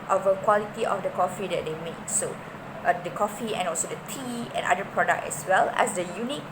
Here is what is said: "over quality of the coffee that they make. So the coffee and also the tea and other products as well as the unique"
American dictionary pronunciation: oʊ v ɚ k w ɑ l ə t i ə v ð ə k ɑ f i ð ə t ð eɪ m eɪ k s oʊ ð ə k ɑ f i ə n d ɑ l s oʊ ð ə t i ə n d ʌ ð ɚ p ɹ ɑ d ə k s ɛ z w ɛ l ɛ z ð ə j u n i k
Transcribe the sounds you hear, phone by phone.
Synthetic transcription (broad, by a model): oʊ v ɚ k w ɑ l ə t i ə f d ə k ɑ f i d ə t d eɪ m eɪ k s oʊ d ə k ɑ f i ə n ɑ l s oʊ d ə t i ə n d ʌ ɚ p ɹ ɑ d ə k ɛ s w ɛ l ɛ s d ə j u n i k